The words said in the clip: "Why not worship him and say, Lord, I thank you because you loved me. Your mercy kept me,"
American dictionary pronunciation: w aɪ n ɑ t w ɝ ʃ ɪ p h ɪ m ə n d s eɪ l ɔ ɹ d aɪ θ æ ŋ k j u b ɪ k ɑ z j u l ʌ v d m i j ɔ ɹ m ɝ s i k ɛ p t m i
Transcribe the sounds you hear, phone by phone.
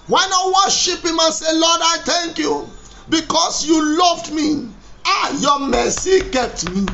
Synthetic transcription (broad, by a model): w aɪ n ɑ w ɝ ʃ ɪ p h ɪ m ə n s eɪ l ɔ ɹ d aɪ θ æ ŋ k j u b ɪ k ɑ s j u l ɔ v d m i j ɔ m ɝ s i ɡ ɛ t m i